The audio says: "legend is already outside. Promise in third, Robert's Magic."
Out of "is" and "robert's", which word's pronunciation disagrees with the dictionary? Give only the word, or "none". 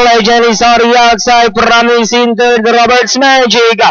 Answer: is